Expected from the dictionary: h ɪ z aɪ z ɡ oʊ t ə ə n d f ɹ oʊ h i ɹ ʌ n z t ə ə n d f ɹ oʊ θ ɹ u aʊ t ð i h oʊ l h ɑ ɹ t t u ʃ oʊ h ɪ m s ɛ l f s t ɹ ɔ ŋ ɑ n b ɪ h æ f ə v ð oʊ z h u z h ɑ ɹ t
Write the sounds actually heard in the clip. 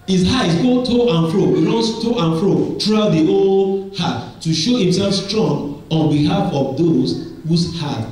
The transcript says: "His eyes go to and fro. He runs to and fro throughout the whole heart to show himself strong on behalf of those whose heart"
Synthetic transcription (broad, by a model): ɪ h aɪ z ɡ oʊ t ə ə n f ɹ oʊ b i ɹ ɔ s t ə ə n f ɹ oʊ t ɹ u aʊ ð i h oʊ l h ɑ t t u ʃ oʊ h ɪ m s ɛ l f s t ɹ ɔ ŋ ɑ n b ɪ h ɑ f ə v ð oʊ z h u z h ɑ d